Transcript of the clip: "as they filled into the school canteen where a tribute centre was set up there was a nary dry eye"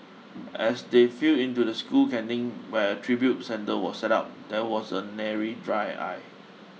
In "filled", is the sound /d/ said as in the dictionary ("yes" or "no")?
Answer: no